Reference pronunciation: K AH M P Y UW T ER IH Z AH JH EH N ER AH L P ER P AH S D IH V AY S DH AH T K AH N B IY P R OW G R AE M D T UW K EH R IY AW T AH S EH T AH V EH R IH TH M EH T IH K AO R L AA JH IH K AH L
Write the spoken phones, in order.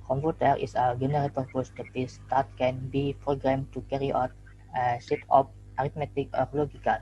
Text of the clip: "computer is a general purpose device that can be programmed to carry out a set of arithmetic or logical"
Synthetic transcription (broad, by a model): K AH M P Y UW T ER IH S AH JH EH N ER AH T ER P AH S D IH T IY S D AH T K AH N B IY P R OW G R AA M T UW K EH R IY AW T AH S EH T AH P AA R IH T M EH T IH K AO R L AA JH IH K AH L